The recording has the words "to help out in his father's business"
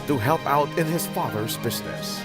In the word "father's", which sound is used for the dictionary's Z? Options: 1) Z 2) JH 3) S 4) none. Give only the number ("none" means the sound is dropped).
1